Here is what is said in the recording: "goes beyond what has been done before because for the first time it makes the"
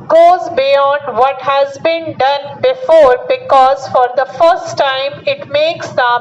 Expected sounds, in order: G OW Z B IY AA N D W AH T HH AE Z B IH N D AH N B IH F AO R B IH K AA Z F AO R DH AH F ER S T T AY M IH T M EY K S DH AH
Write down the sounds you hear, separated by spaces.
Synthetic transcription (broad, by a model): G OW Z B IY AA N D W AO T HH AE Z B IH N D AH N B IH F AO R B IH K AA Z F AO R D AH F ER S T T AY M IH T M EY K S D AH